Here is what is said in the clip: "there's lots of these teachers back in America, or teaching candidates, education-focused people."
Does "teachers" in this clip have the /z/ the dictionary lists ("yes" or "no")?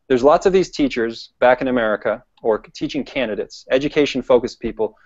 yes